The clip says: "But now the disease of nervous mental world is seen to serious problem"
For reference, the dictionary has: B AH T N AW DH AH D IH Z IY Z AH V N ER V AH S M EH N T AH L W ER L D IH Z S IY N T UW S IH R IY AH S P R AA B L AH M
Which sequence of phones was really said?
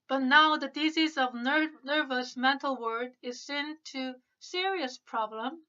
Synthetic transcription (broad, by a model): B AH T N AW DH AH D IH Z IY Z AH V N ER V AH S M EH N T L W ER D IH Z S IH N T UW S IH R IY AH S P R AA B L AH M